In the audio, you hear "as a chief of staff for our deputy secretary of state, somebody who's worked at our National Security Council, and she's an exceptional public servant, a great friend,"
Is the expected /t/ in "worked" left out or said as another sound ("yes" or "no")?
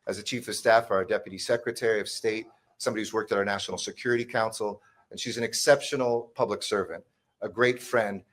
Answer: no